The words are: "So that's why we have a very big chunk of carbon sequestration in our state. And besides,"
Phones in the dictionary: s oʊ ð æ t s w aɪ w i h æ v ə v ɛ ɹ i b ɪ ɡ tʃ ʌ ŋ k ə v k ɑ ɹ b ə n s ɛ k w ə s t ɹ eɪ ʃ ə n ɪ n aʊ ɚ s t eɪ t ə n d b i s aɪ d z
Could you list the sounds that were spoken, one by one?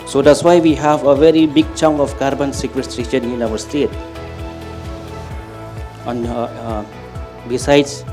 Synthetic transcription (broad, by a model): s oʊ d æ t s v aɪ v i h æ v ə v ɛ ɹ i b ɪ ɡ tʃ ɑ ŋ ə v k ɑ ɹ b ə n s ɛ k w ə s t ɹ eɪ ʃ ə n ɪ n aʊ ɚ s t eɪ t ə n b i s aɪ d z